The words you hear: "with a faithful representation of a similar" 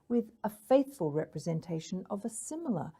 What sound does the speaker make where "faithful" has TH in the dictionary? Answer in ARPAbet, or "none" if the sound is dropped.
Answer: TH